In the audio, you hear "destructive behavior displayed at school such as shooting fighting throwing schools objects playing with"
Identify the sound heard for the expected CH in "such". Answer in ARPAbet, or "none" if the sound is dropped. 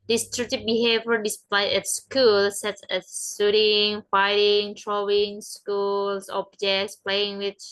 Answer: S